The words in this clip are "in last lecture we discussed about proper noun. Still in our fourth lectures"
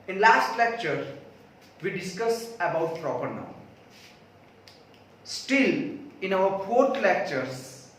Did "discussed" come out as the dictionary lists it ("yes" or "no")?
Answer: no